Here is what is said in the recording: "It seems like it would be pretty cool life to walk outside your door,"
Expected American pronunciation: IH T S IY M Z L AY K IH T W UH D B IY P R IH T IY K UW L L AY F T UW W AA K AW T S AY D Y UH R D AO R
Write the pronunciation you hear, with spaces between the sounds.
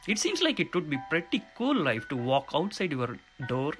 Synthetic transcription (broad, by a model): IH T S IY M S L AY K IH T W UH D B IY P R IH T IY K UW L L AY F T UW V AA K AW T S AY D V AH R D AO R